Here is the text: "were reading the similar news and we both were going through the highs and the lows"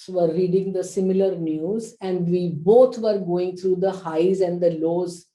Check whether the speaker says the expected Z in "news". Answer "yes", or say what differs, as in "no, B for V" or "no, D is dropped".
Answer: yes